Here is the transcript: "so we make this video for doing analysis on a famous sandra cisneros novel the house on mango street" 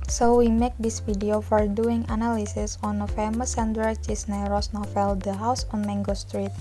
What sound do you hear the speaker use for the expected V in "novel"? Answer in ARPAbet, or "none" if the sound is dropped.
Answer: F